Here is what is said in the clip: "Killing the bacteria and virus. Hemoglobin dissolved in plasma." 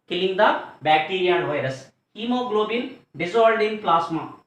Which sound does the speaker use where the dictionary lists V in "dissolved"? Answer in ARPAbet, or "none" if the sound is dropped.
none